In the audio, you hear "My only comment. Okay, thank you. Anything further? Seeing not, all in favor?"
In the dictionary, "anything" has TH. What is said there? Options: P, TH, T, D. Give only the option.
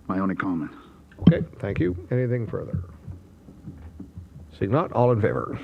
TH